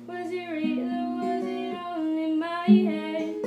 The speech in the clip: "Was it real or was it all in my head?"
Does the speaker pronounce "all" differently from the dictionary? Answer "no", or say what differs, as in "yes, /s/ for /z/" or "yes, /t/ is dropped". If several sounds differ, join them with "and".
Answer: yes, /n/ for /l/